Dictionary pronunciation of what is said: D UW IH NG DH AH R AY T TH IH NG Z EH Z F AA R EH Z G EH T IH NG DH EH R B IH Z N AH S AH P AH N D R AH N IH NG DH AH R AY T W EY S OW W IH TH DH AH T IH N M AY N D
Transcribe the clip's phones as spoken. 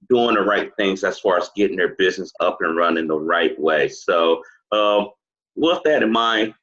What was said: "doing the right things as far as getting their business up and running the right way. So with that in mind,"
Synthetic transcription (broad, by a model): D UW IH NG DH AH R AY T TH IH NG Z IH S F AA R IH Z G EH T IH NG DH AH R B IH Z N AH S AH P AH N R AH N IH NG DH AH R AY T W EY S OW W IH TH DH AH T IH N M AY